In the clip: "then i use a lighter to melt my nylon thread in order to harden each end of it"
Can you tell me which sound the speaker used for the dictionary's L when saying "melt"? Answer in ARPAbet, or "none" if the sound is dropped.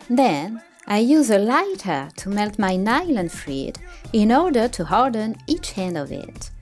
L